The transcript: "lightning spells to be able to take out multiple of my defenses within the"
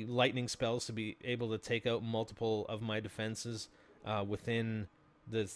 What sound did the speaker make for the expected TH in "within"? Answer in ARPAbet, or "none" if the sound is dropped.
TH